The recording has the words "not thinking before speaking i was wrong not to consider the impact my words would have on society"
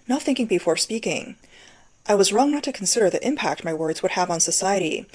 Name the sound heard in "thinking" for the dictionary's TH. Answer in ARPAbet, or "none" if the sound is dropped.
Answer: TH